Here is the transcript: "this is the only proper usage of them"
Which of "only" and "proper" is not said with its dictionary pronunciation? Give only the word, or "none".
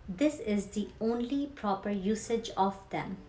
none